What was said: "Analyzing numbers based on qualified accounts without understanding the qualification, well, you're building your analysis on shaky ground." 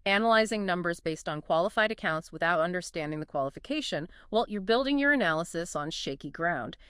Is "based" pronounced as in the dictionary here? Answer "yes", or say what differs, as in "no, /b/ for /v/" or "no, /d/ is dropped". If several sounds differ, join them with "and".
yes